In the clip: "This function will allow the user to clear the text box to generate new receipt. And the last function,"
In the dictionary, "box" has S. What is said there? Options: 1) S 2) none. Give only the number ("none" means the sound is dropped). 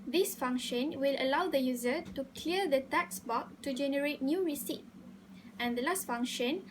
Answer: 2